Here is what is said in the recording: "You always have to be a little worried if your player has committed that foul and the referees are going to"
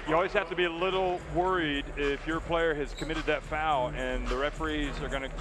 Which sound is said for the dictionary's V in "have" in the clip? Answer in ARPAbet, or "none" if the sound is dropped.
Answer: F